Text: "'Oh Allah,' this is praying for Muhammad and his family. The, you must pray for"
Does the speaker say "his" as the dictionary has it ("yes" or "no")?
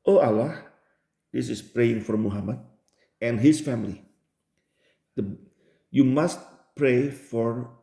no